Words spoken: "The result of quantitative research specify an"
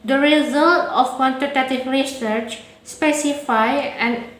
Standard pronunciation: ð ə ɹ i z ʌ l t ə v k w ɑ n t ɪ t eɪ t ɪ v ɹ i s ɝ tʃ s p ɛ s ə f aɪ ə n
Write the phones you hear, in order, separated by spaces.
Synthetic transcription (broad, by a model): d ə ɹ i z ʌ l t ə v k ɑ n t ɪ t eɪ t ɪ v ɹ i s ɝ tʃ s p ɛ s ə f aɪ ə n